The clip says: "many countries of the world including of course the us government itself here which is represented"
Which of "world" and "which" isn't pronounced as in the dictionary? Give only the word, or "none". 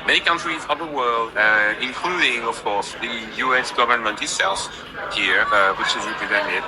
none